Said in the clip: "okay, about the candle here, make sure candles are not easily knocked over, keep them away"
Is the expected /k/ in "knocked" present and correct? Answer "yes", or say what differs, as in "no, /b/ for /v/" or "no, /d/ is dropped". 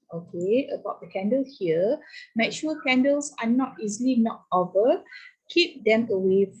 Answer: no, /k/ is dropped